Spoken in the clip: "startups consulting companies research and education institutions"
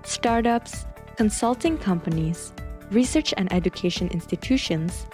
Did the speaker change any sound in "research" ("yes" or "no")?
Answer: no